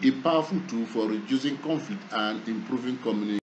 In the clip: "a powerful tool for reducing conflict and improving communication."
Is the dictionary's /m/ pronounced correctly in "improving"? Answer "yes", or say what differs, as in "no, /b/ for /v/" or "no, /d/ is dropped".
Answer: yes